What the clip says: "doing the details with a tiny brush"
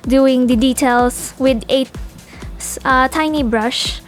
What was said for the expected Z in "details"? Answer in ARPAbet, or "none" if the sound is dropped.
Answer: S